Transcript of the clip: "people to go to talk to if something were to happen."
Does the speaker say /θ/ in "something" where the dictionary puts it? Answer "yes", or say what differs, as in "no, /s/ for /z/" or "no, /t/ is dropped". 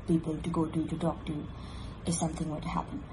yes